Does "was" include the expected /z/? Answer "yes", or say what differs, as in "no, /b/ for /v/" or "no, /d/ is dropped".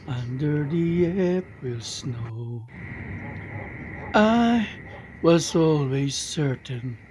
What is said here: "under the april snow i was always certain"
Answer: yes